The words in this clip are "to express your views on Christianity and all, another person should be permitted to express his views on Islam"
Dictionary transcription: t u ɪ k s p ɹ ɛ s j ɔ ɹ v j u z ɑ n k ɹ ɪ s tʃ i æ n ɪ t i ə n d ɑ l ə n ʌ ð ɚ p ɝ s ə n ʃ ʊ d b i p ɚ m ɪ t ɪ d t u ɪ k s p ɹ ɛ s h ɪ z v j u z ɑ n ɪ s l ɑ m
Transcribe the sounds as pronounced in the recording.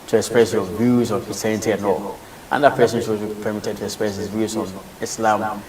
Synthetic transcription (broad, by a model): t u ɪ k s p ɹ ɛ s j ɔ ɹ v j u z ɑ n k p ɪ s i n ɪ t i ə n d ɑ l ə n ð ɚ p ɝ s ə n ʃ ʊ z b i p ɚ m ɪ t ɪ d t u ɪ k s p ɹ ɛ s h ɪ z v j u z ɑ n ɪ s l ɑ m